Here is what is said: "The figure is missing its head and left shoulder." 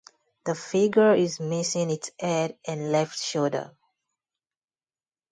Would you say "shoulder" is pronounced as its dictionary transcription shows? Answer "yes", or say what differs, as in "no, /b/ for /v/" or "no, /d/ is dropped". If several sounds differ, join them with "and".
no, /l/ is dropped